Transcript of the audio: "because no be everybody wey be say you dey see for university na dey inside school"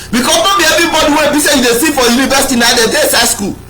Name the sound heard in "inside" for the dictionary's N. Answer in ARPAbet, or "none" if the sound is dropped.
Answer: none